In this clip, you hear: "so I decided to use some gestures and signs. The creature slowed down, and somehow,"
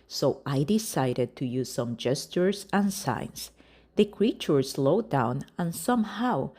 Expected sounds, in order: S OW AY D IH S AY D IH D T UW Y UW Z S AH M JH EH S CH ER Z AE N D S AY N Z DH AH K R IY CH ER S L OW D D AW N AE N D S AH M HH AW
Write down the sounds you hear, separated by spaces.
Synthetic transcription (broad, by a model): S OW AY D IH S AY D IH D T UW Y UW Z S AH M JH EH S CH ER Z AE N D S AY N S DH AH K R IY CH ER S L OW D D AW N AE N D S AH M HH AW